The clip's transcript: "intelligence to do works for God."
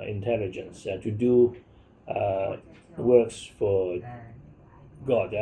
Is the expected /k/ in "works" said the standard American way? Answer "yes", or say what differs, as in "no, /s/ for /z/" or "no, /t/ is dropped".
yes